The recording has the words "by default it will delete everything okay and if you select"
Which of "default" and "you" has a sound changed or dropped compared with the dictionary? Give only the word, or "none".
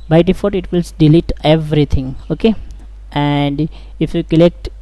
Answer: default